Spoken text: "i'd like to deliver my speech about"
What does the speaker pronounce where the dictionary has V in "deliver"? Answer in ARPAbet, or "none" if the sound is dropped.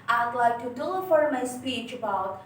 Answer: F